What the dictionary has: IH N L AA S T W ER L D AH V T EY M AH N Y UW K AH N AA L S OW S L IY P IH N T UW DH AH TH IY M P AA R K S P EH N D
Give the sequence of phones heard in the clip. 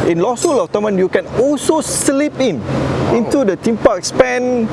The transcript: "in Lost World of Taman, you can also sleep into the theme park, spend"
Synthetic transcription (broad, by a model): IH N L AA S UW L AH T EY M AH N Y UW K AH N AA L S OW S L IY P IH N T UW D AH T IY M P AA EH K S P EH N